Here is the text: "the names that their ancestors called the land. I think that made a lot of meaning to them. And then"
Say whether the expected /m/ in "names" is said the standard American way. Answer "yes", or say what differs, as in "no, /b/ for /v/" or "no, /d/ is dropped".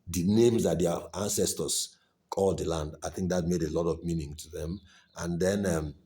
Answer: yes